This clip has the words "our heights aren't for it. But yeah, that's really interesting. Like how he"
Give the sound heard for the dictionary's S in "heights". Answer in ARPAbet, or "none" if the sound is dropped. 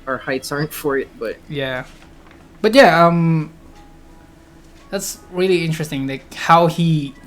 none